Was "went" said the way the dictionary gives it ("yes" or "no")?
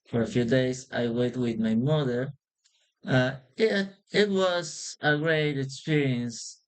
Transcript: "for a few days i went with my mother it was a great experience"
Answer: no